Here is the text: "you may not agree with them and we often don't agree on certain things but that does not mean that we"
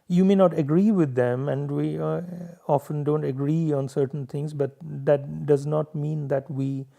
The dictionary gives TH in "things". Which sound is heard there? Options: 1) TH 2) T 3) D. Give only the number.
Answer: 2